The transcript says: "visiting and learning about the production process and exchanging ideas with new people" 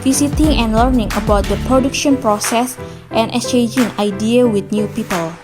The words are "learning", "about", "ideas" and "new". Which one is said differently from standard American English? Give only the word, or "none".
ideas